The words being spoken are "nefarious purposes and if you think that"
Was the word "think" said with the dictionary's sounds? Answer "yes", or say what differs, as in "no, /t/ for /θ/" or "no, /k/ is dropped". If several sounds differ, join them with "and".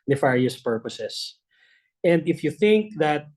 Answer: yes